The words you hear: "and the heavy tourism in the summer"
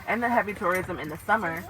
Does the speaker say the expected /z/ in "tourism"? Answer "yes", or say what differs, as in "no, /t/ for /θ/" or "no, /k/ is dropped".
yes